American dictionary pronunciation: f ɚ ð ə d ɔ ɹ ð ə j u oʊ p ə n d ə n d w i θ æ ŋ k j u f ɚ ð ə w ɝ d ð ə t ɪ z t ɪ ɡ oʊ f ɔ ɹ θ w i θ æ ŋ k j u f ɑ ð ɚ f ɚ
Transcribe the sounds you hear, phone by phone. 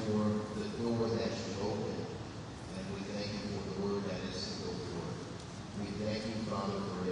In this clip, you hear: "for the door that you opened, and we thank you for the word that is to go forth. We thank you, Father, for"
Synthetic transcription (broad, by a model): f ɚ ð ə d ɔ ɹ ð ə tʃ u oʊ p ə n ə n w i θ æ ŋ k j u f ɚ ð ə w ɝ d ð ə t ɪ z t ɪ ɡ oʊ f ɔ ɹ w i θ æ ŋ k j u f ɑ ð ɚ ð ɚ